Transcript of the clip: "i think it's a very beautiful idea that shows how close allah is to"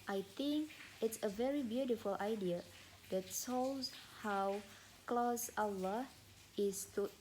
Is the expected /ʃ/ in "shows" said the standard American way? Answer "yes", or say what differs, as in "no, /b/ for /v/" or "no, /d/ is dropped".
no, /s/ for /ʃ/